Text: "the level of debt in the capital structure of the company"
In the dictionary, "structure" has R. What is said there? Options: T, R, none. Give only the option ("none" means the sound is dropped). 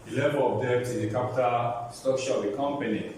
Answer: none